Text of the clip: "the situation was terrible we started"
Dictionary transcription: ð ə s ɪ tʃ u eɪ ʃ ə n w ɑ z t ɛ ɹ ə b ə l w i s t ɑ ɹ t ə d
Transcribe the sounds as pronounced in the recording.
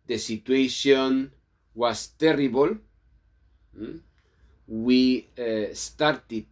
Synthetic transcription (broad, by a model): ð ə s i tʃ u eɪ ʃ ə n w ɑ s t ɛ ɹ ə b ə l w i s t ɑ ɹ t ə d